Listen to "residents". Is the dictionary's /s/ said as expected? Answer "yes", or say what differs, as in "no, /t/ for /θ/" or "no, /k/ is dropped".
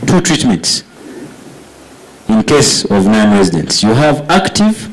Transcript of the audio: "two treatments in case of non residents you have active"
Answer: yes